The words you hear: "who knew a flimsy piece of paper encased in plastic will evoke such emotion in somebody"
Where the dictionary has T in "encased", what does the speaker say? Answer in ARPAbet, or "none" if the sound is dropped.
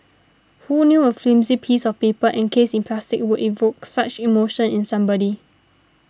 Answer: none